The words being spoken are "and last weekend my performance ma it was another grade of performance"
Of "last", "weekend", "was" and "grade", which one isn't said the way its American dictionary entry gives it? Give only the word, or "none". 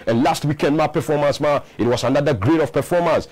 was